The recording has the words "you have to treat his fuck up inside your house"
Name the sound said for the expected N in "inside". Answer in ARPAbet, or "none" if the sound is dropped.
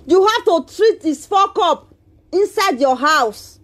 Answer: N